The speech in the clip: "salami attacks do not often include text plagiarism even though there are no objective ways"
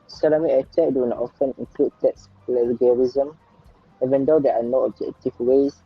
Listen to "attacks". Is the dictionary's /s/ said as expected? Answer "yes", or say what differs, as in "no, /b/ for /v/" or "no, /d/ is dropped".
no, /s/ is dropped